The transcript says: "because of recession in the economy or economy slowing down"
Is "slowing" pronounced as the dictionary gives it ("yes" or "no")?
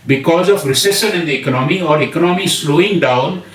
yes